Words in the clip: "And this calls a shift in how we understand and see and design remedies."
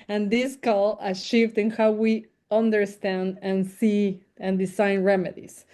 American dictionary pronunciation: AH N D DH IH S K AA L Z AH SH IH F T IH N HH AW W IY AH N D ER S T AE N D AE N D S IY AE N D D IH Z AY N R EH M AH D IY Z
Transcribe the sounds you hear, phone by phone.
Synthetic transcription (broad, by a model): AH N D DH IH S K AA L AH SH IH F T IH N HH AW W IY AH N D ER S T AE N D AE N S IY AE N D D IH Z AY N R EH M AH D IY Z